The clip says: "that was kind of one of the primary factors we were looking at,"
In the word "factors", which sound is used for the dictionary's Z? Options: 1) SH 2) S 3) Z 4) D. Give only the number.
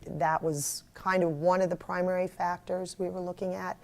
3